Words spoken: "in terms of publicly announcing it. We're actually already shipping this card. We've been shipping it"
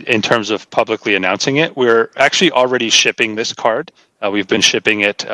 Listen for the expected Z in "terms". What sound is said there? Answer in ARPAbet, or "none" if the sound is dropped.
Z